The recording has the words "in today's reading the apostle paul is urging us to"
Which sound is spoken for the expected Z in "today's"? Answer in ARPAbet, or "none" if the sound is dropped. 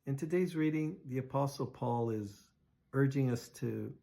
Z